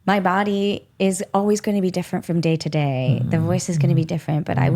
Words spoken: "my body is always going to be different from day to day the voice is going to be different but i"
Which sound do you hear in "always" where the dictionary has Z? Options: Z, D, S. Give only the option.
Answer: Z